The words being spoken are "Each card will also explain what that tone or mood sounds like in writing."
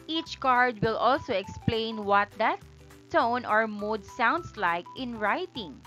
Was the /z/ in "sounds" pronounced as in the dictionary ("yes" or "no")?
no